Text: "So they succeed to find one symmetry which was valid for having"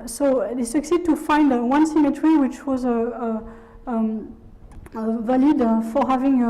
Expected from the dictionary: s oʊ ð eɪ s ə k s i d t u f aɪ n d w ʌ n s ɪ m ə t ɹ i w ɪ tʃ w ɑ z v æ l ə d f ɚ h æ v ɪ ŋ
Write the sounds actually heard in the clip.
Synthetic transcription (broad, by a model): s oʊ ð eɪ s ə k s i d t u f aɪ n d w ʌ n s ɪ m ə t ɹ i w ɪ tʃ w ɑ z v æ l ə d f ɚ h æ v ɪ ŋ